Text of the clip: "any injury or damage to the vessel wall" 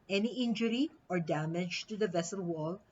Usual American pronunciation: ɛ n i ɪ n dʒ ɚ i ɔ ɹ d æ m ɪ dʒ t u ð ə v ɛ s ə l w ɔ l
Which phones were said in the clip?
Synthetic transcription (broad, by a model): ɛ n i ɪ n dʒ ɚ i ɔ ɹ d æ m ɪ dʒ t u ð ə v ɛ s ə l w ɔ l